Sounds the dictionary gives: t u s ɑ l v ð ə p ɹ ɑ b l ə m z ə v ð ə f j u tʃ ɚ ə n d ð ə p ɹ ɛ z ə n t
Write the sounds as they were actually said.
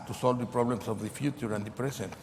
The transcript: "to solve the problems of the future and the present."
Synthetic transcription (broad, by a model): t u s ɑ l v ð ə p ɹ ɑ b l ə m s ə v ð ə f j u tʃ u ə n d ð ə p ɹ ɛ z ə n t